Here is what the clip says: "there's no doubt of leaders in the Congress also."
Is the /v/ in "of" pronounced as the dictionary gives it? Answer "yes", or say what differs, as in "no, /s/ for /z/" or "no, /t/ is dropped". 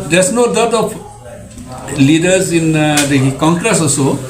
no, /p/ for /v/